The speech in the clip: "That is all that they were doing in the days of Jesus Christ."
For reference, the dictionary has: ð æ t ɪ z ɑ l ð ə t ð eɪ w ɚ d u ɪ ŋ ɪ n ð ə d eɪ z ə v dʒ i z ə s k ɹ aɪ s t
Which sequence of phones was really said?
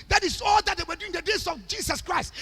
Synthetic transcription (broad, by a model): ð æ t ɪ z ɑ l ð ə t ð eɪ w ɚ d u ɪ ŋ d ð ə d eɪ s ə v dʒ i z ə s k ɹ aɪ s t